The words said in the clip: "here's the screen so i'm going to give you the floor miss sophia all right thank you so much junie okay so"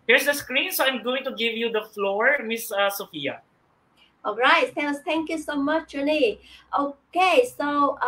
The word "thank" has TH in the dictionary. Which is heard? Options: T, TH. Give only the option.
T